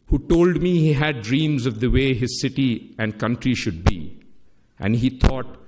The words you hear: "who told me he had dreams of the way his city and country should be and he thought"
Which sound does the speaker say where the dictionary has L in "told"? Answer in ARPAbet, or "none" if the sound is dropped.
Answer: L